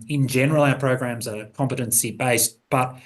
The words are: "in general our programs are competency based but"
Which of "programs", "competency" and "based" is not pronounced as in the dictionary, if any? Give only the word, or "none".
none